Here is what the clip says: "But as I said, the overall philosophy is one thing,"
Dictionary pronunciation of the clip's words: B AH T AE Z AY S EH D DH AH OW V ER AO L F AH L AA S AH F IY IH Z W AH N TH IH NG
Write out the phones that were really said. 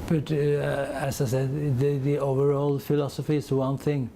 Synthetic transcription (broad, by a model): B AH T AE S AY S EH D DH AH OW V ER AO L F AH L AA S AH F IY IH S W AH N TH IH NG